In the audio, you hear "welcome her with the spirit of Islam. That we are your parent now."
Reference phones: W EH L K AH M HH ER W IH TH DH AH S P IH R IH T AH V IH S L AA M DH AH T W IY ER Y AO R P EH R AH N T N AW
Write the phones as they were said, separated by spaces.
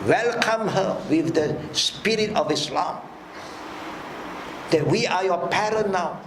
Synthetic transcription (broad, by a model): W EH L K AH M HH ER W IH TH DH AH S P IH R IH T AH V IH S L AA M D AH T W IY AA Y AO P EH R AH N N AW